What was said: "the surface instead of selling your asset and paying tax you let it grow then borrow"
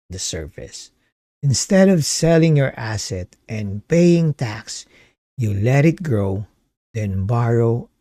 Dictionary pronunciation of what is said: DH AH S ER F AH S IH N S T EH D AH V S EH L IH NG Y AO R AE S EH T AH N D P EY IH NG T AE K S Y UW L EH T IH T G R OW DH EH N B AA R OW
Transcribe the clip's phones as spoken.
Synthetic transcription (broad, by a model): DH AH S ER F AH S IH N S T EH D AH V S EH L IH NG Y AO R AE S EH T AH N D P EY IH NG T AE K S Y UW L EH T IH T G R OW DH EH N B AA R OW